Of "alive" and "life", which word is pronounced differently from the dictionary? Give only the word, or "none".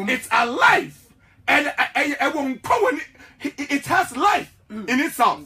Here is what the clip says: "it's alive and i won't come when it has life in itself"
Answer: alive